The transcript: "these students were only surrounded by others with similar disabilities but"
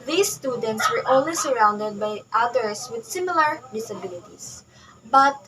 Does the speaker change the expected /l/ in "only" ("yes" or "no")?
yes